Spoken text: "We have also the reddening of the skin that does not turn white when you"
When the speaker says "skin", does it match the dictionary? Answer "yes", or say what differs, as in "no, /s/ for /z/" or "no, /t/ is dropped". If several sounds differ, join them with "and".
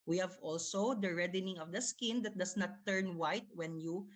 yes